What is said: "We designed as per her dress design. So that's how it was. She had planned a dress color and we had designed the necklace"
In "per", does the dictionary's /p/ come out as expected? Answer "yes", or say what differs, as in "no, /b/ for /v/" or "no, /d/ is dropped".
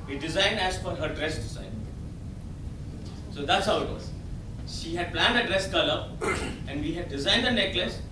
no, /f/ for /p/